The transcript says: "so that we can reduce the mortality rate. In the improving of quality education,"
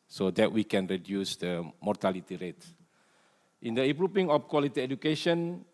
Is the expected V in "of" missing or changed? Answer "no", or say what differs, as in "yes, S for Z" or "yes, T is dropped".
yes, F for V